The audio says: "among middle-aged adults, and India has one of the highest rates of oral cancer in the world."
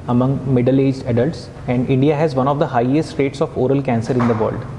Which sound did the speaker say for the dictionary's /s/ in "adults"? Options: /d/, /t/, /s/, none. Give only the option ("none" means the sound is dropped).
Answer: /s/